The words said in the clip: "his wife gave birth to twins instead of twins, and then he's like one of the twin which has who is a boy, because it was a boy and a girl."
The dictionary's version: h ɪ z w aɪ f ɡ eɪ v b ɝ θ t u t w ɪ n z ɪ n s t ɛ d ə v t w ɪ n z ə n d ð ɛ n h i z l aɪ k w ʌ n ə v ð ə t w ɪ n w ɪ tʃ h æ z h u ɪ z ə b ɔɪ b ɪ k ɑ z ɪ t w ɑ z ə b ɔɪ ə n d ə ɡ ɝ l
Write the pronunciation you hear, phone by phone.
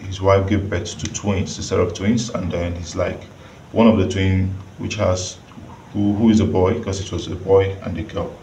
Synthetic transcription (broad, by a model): h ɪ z w aɪ f ɡ eɪ v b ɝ t t u t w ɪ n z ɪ s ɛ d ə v t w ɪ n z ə n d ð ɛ n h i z l aɪ k w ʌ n ə v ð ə t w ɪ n w ɪ tʃ h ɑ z h u ɪ z ə b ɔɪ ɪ k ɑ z ɪ t w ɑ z ə b ɔɪ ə n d ə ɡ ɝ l